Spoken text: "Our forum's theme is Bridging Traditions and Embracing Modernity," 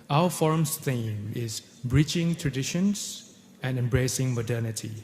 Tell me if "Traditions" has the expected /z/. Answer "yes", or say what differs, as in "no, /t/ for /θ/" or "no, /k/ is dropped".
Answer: no, /s/ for /z/